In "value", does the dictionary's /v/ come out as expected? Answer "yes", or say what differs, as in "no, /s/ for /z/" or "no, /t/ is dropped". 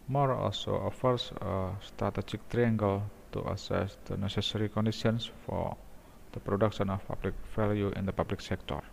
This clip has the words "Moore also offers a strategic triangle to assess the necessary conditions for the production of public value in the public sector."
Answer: no, /f/ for /v/